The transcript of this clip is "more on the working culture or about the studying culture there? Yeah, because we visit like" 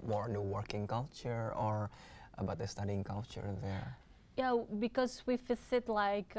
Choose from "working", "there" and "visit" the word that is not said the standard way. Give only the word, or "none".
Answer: visit